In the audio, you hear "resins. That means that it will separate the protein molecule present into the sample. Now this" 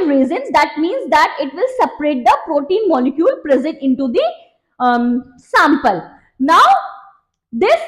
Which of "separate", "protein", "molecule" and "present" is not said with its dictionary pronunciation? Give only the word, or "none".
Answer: present